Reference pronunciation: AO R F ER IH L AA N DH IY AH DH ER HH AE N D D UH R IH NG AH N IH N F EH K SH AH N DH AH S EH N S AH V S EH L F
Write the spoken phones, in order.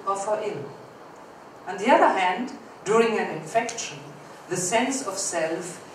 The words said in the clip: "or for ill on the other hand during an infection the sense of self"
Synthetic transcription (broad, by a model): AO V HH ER IH L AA N DH IY AH DH ER HH AE N D D UH R IH NG AH N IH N F EH K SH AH N DH AH S EH N S AH V S EH L F